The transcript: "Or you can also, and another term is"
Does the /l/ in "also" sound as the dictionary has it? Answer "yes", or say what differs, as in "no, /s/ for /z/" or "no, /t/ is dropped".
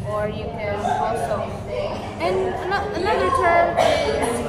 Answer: no, /l/ is dropped